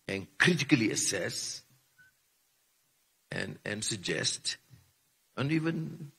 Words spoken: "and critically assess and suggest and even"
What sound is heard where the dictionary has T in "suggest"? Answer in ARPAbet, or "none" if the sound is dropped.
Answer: T